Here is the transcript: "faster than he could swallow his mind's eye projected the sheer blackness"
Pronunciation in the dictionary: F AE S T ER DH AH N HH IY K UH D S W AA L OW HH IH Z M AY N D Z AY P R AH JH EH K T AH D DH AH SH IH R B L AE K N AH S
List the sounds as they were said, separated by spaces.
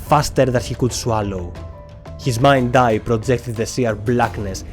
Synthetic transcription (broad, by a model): F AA S T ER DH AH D HH IY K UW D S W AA L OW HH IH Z M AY N D AY P R AH JH EH K T AH D DH AH S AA R B L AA K N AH S